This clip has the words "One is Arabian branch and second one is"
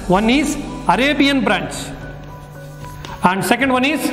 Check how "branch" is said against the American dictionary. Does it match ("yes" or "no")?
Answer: no